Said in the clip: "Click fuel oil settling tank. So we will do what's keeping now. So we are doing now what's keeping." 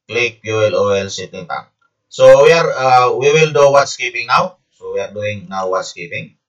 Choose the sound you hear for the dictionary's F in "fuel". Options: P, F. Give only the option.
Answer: P